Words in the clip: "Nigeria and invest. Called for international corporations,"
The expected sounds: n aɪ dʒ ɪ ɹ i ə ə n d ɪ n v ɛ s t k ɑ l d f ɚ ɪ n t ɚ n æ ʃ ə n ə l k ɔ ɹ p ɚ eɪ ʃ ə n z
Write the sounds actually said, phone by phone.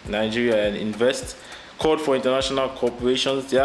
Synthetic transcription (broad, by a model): n aɪ dʒ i ɹ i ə ə n d ɪ n v ɛ s t k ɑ d f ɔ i n t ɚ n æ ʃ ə n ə l k ɔ p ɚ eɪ ʃ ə n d